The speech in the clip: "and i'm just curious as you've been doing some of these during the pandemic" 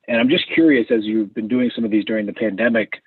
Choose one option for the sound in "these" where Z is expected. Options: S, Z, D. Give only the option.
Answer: Z